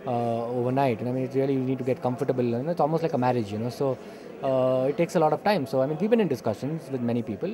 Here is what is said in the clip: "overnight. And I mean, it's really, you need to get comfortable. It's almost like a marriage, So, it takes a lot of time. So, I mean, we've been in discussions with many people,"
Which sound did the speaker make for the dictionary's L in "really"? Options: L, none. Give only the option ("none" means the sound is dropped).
none